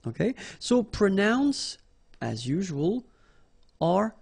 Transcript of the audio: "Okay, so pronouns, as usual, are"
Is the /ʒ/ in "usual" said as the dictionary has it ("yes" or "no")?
yes